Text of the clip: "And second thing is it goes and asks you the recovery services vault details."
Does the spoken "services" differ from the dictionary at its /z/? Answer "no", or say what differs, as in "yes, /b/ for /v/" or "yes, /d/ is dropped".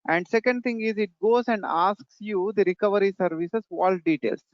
yes, /s/ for /z/